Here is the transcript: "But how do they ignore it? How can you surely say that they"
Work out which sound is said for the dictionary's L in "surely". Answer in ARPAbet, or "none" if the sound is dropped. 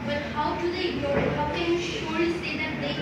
none